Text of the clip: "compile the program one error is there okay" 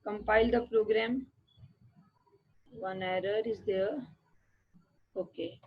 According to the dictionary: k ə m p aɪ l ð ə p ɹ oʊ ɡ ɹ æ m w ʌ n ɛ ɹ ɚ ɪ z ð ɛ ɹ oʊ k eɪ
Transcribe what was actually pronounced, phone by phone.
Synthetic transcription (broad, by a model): k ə m p aɪ l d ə p ɹ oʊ ɡ ɹ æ m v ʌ n ɛ ɹ ɚ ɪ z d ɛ ɹ oʊ k eɪ